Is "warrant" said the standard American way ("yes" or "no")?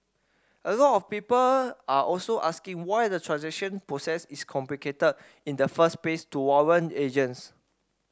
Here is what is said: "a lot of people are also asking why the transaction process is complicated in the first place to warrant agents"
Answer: no